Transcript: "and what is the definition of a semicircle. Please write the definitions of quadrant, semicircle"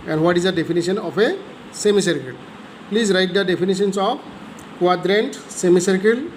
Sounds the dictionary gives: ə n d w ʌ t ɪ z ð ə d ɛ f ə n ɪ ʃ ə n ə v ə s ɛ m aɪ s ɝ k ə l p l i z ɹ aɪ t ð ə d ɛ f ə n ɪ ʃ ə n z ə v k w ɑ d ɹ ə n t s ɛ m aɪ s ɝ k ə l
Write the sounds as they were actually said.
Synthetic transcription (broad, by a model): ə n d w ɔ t ɪ z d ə d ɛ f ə n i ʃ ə n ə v ə s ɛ m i s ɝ k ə l p l i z ɹ aɪ t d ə d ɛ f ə n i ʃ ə n s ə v k w ɑ d ɹ ə n t s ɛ m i s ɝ k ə l